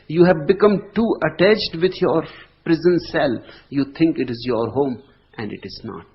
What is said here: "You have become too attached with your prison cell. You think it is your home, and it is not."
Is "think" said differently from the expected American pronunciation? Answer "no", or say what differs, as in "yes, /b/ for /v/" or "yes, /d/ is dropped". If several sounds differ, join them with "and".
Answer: yes, /t/ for /θ/